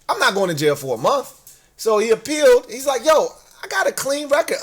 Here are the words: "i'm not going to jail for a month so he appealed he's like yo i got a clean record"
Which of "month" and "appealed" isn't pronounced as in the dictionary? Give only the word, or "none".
none